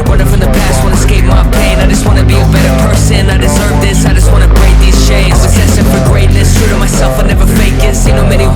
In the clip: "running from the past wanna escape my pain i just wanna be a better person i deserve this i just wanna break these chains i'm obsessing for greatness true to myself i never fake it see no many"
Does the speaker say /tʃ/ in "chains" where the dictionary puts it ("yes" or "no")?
no